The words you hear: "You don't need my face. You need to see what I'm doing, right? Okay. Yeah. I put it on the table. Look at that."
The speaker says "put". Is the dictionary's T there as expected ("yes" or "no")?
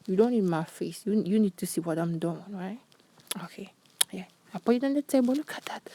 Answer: no